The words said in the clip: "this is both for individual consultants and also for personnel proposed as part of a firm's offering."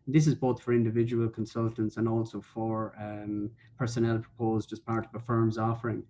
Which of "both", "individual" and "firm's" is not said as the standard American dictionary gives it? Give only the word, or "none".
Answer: none